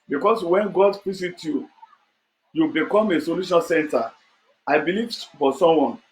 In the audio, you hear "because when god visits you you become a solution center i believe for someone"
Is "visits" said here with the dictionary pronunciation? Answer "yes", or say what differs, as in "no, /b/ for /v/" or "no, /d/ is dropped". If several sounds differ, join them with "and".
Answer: no, /p/ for /v/ and /s/ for /z/ and /s/ is dropped